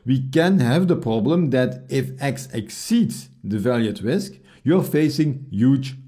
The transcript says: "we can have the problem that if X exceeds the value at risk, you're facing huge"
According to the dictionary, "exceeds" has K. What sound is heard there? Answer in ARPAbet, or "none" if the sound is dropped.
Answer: K